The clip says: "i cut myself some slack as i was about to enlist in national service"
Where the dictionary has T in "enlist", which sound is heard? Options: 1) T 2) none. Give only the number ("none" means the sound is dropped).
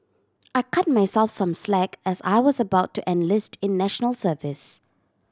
1